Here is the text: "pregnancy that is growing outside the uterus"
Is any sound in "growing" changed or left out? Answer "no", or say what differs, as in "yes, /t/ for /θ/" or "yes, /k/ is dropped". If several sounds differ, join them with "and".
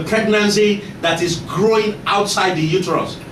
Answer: no